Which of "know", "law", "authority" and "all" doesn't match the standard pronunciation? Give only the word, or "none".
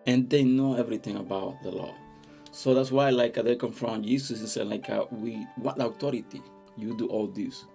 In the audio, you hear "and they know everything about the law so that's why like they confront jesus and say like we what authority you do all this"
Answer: authority